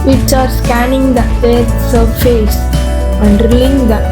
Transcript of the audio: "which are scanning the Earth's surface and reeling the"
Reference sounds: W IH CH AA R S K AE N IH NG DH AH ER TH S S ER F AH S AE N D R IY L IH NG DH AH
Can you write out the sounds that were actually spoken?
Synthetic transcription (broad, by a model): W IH CH AA R S K AE N IH NG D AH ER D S S ER F AH S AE N D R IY IH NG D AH